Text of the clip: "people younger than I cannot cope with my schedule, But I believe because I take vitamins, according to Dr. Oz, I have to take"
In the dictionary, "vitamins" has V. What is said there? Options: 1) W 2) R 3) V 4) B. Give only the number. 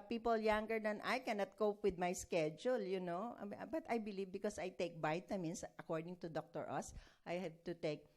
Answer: 4